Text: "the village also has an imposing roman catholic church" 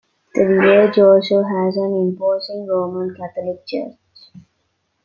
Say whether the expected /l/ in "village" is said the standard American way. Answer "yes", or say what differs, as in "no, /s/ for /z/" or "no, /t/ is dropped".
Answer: no, /l/ is dropped